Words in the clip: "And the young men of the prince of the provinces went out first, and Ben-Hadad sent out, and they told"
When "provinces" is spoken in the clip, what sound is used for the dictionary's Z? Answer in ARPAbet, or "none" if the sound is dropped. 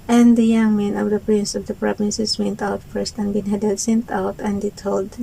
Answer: S